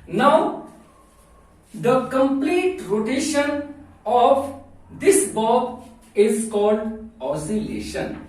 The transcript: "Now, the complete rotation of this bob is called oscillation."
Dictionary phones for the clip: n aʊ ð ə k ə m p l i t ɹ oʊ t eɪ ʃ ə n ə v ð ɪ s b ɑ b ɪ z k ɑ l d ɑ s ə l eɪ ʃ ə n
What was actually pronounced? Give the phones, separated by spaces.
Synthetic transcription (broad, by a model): n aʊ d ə k ə m p l i t ɹ oʊ t eɪ ʃ ə n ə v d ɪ s b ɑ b ɪ z k ɑ l d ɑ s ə l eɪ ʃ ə n